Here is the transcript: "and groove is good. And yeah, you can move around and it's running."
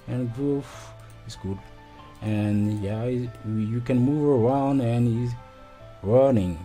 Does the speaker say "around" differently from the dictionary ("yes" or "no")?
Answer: no